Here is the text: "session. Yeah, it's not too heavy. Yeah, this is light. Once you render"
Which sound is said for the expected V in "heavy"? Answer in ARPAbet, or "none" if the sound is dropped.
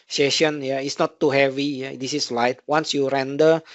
V